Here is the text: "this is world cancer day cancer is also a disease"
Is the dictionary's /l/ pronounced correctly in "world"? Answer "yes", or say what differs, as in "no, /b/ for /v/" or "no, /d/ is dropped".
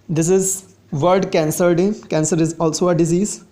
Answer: no, /l/ is dropped